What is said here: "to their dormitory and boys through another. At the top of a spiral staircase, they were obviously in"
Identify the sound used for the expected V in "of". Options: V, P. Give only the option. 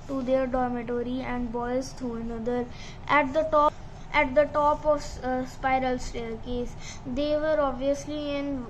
P